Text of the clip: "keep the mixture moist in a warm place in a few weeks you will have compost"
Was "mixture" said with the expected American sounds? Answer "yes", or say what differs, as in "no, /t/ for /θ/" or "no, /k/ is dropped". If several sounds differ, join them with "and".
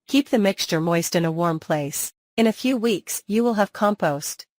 yes